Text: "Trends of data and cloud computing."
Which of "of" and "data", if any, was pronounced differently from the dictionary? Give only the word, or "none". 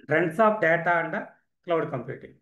of